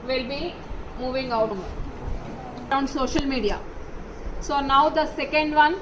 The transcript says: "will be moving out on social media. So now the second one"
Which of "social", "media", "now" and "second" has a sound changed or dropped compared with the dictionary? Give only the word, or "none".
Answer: none